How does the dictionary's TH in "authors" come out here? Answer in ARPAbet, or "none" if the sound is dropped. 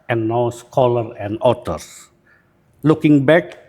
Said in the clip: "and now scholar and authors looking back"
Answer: T